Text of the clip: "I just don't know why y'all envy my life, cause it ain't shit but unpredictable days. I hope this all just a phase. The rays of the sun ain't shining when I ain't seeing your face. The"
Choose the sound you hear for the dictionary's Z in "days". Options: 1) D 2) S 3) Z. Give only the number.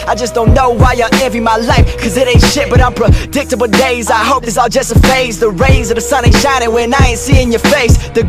3